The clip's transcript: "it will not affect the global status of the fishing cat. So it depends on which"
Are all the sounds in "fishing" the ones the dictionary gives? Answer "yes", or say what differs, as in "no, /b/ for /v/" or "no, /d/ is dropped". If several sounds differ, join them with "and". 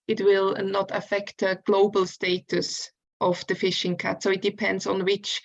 yes